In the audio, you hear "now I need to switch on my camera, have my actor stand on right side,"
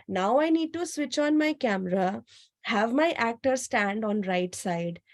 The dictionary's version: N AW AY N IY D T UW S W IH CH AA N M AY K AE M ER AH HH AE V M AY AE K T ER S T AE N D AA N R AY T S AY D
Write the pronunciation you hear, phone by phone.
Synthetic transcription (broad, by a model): N AW AY N IY D T UW S W IH CH AA N M AY K AE M ER AH HH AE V M AY AE K T ER S T AE N D AA N R AY T S AY D